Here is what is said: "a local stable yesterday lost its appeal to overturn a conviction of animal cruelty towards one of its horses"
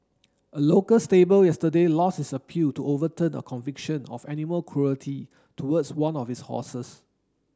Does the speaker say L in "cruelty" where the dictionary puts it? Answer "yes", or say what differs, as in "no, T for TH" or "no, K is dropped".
yes